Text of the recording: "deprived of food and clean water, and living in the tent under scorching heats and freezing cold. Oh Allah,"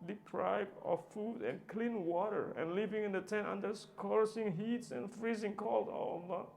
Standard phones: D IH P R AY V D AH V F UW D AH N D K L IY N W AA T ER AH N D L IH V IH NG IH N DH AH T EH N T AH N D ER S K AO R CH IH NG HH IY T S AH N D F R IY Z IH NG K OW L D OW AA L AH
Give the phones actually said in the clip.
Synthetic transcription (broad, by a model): D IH P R AY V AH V F UW D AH N K L IY N W AA T ER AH N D L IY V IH NG IH N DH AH T EH N T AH N D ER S K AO R S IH NG HH IY T S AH N F R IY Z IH NG K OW L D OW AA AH